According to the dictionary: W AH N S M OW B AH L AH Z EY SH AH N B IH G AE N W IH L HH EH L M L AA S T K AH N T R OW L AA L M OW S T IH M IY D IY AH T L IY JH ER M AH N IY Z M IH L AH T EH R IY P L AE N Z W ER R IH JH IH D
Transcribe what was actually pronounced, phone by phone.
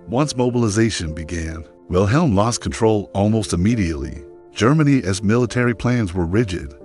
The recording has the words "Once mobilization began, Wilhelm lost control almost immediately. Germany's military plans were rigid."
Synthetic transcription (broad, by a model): W AH N S M OW B AH L AH Z EY SH AH N B IH G AE N W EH L HH EH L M L AA S K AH N T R OW L AA L M OW S T IH M IY D IY AH T L IY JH ER M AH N IY Z M IH L AH T EH R IY P L AE N Z W ER R IH JH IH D